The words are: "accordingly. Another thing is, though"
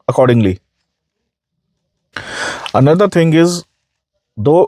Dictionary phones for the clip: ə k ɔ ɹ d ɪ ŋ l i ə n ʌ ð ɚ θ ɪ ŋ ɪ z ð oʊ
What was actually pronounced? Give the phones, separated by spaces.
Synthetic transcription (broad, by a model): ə k ɔ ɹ d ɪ ŋ l i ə n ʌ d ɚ t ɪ ŋ ɪ z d oʊ